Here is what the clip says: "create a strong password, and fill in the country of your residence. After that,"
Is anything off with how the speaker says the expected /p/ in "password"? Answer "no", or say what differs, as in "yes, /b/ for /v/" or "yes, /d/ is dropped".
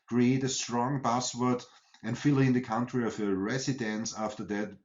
yes, /b/ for /p/